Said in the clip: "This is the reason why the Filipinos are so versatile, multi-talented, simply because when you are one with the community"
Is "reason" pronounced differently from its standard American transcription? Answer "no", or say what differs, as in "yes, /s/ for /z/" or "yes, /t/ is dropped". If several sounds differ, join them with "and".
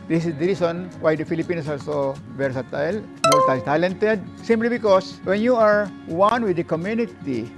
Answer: yes, /s/ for /z/